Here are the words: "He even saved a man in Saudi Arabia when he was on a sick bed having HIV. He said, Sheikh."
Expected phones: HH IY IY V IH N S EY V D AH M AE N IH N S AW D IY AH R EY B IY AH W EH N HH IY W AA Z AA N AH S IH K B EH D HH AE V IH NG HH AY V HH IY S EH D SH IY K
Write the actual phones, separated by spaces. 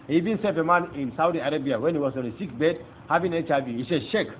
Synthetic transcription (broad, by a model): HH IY IY V IH N S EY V AH M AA N IH N S AW D IY AH R EY B IY AH W EH N HH IY W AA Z AA N AH S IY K B EH D HH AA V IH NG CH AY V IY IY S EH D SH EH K